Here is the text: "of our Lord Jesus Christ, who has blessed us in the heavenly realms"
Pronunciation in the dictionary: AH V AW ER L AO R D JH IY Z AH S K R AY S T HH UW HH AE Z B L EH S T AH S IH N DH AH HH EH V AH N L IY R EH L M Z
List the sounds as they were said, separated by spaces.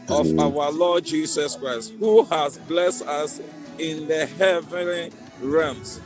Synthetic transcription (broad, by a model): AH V AW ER L AO D JH IY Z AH S K R AY S T HH UW HH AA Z B L EH S T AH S IH N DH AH HH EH V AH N L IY R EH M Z